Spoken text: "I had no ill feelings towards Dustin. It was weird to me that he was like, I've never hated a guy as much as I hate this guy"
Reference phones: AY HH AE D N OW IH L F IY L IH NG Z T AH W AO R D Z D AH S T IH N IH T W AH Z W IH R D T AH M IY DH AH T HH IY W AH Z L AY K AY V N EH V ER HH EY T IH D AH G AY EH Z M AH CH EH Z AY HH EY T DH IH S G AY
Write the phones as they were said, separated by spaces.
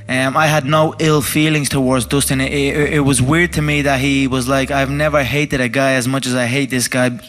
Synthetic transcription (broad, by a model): AY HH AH D N OW IH L F IY L IH NG Z T AH W AO R D Z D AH S T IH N IH T W AH Z W IH R D T AH M IY DH AH T HH IY W AH Z L AY K AY V N EH V ER HH EY T IH D AH G AY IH Z M AH CH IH Z AY HH EY T DH IH S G AY